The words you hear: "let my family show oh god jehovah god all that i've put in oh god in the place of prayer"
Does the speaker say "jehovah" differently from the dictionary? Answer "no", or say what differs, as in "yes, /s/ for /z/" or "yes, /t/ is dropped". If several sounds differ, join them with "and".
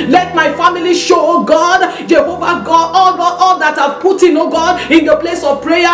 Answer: no